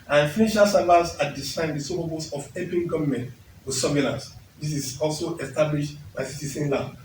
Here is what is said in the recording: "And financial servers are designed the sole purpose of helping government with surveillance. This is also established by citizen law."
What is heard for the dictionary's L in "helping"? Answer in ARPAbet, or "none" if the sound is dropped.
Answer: none